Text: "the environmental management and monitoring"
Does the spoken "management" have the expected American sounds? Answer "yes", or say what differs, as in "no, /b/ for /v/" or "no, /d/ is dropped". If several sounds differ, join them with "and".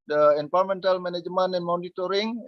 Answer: no, /t/ is dropped